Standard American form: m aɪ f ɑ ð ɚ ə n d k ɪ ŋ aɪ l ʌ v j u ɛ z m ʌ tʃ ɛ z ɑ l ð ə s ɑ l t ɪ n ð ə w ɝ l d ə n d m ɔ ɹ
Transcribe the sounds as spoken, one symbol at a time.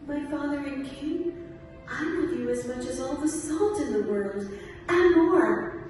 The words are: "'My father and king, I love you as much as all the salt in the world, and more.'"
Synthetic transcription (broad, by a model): m aɪ f ɑ ð ɚ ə n k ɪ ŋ aɪ l ʌ v j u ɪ z m ʌ tʃ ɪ z ɑ l ð ə s ɑ l t ɪ n ð ə w ɝ l d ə n m ɔ ɹ